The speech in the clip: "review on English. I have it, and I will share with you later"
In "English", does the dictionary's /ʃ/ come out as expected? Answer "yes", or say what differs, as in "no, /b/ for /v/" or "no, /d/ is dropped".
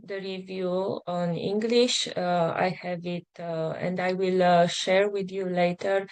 yes